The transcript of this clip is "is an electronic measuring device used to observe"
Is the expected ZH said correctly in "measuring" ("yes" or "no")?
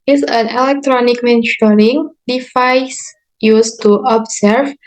no